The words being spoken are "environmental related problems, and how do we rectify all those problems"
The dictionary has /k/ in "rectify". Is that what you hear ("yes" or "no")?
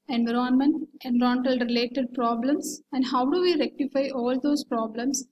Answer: yes